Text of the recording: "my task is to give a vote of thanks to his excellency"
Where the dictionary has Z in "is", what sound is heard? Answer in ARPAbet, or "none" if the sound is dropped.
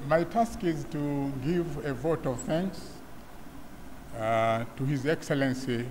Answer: Z